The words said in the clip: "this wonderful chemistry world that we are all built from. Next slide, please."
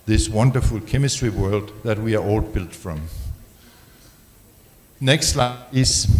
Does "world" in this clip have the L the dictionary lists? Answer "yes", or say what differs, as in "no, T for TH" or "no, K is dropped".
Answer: yes